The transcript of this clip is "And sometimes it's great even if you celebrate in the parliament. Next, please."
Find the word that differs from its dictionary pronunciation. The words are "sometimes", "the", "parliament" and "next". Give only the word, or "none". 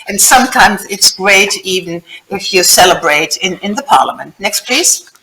none